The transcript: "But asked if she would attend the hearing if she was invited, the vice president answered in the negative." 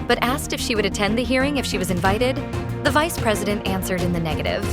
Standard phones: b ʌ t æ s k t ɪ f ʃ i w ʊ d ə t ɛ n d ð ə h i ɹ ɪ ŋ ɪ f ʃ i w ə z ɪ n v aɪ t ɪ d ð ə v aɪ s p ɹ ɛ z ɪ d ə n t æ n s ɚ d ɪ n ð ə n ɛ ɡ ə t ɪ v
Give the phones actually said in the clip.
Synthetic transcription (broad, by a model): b ʌ t æ s k t ɪ f ʃ i w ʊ d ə t ɛ n ð ə h i ɹ ɪ ŋ ɪ f ʃ i w ə z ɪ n v aɪ t ɪ d ð ə v aɪ s p ɹ ɛ z ɪ d ə n t æ n s ɚ d ɪ n ð ə n ɛ ɡ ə t ɪ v